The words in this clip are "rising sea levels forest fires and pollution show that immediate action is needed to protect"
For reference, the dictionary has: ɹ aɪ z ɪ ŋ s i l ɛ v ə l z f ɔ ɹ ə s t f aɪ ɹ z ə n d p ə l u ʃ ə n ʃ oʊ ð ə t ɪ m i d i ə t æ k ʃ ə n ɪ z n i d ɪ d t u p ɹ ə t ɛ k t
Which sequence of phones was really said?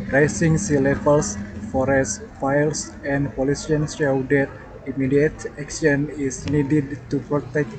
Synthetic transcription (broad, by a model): ɹ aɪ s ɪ ŋ s i l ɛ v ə l s f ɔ ɹ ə s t f aɪ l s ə n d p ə l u s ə n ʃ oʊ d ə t ɪ m i d i ə t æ k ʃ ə n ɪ s n i d ɪ d t u p ɹ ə t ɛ k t